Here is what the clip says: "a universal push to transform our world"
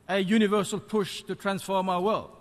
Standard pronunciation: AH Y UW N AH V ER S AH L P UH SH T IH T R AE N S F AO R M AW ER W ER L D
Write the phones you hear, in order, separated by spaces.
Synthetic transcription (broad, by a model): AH Y UW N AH V ER S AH L P UH SH T IH T R AE N S F AO R M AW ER W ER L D